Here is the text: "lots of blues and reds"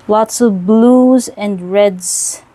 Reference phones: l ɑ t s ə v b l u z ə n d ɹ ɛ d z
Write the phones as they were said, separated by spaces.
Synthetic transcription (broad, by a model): l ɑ t s ə v b l u z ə n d ɹ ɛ d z